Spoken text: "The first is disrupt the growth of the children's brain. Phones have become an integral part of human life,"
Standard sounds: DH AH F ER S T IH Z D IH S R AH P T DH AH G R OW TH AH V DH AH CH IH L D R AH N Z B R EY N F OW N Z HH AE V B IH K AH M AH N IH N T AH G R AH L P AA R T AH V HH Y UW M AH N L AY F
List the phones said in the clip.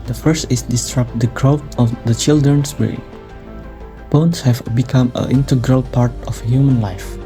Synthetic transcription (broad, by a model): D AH F ER S T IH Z D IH S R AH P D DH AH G R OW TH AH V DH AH CH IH L D R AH N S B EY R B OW N S HH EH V B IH K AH M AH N IH N T AH G R AH L P AA R T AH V HH Y UW M AH N L AY F